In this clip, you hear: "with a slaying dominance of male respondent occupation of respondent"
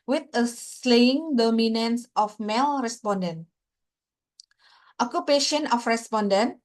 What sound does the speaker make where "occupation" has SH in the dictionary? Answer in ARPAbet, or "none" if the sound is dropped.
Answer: SH